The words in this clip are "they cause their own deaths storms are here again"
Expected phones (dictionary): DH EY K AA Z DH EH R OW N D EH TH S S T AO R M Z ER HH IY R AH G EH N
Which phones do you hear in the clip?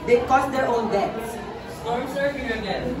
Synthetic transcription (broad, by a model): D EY K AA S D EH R OW N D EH T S S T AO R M S ER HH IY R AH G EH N